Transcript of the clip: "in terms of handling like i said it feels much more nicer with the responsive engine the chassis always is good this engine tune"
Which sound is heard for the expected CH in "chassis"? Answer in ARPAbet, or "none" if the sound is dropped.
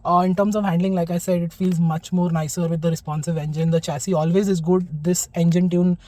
CH